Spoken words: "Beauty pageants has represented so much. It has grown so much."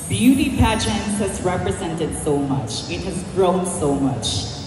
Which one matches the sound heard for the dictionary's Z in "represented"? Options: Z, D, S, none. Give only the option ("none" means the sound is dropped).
Z